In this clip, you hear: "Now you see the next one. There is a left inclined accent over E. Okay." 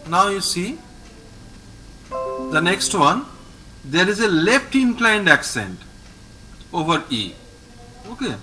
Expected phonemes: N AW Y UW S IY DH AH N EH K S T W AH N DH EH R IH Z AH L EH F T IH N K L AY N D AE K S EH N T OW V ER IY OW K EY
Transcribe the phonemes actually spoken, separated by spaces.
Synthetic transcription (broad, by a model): N AW Y UW S IY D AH N EH K S T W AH N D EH R IH Z AH L EH F T IH N K L AY N D AE K S EH N T OW V ER IY OW K EY